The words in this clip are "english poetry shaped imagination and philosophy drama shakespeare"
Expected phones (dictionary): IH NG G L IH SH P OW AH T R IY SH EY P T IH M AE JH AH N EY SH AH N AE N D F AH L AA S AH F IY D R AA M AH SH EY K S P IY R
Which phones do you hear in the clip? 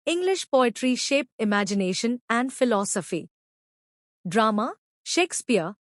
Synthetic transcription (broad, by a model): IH NG G L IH SH P OW AH T R IY SH EY P IH M AE JH AH N EY SH AH N AE N D F AH L AA S AH F IY D R AA M AH SH EY K S P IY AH